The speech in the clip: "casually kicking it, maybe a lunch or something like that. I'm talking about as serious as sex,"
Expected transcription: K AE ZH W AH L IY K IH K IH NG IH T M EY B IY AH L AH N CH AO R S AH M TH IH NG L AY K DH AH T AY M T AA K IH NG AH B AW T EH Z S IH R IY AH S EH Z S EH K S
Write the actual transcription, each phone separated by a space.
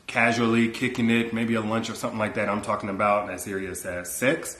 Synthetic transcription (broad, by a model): K AE ZH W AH L IY K IH K IH NG IH T M EY B IY AH L AH N CH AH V S AH M TH IH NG L AY K DH AH T AY M T AA K IH NG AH B AW T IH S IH R IY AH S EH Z S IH K S